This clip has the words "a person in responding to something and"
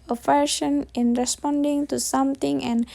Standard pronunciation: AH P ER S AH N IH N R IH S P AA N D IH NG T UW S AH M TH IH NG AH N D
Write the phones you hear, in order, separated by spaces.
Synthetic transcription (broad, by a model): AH F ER SH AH N IH N R IH S P AA N D IH NG T UW S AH M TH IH NG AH N